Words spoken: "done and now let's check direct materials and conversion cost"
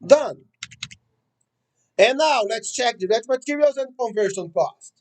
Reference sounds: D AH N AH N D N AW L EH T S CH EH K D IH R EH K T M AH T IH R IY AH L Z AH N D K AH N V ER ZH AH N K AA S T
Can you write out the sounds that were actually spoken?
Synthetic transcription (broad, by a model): D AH N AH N N AW L EH T S CH EH K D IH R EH T M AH T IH R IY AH L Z AH N D K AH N V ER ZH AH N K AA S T